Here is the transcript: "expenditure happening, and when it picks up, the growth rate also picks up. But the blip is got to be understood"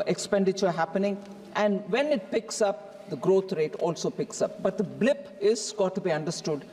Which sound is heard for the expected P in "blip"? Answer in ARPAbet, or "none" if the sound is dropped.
P